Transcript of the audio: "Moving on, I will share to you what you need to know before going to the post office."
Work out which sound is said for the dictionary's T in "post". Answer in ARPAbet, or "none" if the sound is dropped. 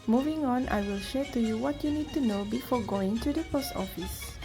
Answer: T